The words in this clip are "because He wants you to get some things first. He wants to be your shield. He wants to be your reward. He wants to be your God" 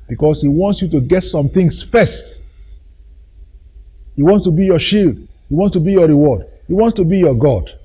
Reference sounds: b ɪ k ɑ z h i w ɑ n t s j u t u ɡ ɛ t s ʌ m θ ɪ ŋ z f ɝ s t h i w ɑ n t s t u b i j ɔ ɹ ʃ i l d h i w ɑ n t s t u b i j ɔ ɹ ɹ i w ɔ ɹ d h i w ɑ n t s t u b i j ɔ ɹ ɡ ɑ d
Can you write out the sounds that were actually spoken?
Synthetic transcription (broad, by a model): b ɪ k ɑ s h i w ɑ n t s j u t u ɡ ɛ t s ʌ m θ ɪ ŋ s f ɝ s t h i w ɑ n t s t u b i j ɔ ʃ i l d h i w ɑ n t s t u b i j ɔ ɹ ɹ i w ɔ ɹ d h i w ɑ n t s t u b i j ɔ ɡ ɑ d